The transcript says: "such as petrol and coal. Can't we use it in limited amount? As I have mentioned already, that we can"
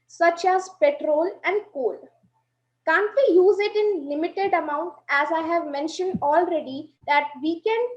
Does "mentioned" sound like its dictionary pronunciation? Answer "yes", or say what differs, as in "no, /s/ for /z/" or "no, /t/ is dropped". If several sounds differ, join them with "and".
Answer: yes